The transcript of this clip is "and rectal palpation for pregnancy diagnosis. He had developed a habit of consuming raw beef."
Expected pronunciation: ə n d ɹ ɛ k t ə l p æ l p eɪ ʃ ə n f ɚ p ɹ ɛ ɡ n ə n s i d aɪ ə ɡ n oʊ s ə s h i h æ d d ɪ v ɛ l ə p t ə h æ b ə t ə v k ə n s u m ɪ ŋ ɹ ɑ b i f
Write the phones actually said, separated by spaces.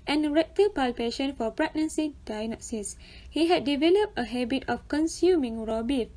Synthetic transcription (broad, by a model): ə n ɹ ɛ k t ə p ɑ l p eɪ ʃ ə n f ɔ p ɹ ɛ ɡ n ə n s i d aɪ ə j n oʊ s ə s h i h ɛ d d ɪ v ɛ l ə p t ə h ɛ b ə t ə f k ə n s u m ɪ ŋ ɹ ɑ b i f